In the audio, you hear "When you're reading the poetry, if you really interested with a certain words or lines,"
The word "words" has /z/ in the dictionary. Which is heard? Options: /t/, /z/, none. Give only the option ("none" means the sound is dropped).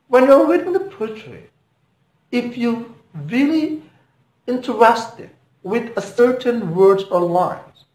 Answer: none